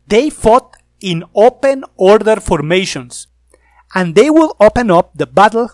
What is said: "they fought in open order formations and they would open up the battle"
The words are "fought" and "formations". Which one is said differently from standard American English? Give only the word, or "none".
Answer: formations